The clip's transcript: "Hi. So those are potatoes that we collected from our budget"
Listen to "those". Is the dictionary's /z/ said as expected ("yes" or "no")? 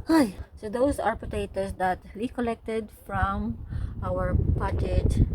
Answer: no